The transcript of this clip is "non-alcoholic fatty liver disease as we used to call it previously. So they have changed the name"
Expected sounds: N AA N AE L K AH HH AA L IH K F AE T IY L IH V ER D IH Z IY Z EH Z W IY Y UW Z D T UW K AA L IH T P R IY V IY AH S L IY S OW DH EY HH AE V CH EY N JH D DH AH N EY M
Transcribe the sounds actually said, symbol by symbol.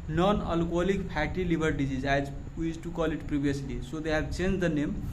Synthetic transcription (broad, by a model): N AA N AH L K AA L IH K P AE T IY L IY B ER D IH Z IY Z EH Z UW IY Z T UW K AA L IH T P R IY B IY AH S L IY S OW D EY HH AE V CH EY N JH D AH N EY M